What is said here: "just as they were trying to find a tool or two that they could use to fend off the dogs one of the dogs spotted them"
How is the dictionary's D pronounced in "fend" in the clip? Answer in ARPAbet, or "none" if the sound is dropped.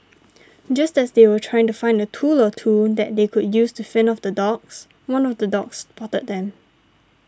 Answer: none